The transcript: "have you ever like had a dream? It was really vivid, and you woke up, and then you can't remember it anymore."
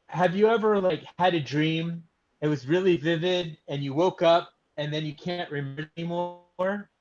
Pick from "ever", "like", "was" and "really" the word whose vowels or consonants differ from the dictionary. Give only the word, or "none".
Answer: none